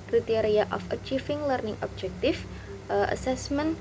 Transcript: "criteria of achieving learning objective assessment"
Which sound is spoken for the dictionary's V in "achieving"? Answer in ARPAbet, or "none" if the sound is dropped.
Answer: F